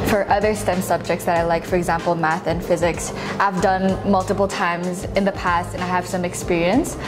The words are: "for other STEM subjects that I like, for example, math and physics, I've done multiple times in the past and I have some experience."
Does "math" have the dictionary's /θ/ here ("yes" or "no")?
yes